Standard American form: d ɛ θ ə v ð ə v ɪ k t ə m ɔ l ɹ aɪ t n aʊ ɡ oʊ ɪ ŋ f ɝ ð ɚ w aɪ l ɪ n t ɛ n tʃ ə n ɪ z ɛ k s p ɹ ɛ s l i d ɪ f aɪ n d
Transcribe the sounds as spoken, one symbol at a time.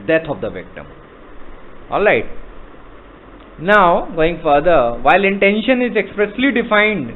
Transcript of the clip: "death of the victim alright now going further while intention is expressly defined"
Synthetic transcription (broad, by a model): d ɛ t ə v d ə v ɪ k t ə m ɔ l ɹ aɪ t n aʊ ɡ oʊ ɪ ŋ f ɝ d ɚ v aɪ l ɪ n t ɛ n ʃ ə n ɪ z ɛ k s p ɹ ɛ s l i d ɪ f aɪ n d